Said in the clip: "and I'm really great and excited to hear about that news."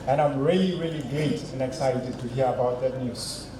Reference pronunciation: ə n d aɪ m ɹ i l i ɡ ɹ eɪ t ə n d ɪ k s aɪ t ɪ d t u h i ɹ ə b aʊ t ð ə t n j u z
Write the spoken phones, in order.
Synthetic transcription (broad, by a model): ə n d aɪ m ɹ i l i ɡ l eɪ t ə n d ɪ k s aɪ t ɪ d t u h i ɹ ə b aʊ t ð ə t n j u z